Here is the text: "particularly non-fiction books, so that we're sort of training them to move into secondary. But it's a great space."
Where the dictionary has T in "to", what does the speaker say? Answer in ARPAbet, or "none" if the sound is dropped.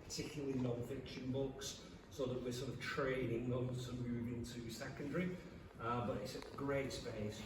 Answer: S